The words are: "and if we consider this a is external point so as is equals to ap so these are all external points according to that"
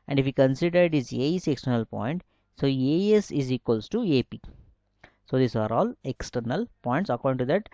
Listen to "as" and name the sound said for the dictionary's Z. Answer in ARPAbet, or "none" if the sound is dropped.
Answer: S